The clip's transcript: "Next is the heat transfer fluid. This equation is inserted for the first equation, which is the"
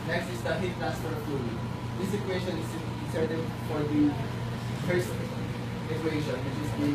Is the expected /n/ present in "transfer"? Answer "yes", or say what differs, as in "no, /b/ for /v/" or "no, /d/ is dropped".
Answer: no, /n/ is dropped